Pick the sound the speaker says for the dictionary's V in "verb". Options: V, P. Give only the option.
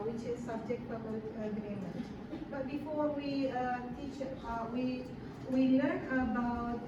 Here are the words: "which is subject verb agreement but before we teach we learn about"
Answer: P